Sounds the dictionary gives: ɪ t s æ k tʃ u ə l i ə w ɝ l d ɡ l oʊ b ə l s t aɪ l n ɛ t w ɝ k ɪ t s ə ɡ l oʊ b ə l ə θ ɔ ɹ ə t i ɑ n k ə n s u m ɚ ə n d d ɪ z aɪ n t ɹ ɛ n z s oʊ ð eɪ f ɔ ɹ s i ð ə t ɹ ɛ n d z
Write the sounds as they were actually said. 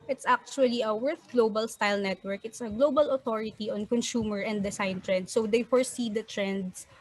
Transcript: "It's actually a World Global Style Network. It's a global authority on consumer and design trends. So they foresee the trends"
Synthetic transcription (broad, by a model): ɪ t s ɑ k tʃ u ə l i ə w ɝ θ ɡ l oʊ b ə l s t aɪ l n ɛ t w ɝ k ɪ t s ə ɡ l oʊ b ə l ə t ɔ ɹ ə t i ɑ n k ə n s u m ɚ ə n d d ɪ s aɪ n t ɹ ɛ n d s oʊ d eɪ f ɔ ɹ s i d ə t ɹ ɛ n d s